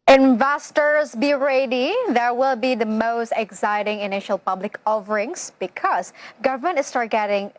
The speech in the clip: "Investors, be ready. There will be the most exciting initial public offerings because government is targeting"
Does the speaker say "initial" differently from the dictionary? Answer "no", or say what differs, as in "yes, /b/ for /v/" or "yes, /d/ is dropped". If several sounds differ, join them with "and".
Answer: no